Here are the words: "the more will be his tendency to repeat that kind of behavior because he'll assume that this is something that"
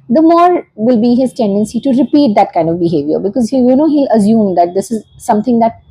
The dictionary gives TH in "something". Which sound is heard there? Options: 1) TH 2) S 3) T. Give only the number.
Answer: 3